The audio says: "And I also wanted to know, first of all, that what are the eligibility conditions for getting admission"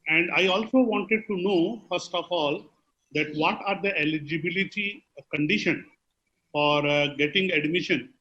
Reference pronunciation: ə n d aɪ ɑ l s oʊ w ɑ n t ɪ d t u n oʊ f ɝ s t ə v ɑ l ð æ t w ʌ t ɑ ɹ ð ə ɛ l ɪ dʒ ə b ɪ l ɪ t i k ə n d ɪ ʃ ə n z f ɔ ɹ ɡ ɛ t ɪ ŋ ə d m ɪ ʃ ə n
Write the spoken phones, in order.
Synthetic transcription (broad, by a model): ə n d aɪ ɑ l s oʊ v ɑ n t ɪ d t u n oʊ f ɝ s t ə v ɑ l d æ t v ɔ t ɑ ɹ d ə ɛ l ɪ dʒ ə b ɪ l ɪ t i k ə n d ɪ ʃ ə n f ɔ ɹ ɡ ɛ t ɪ ŋ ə d m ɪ ʃ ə n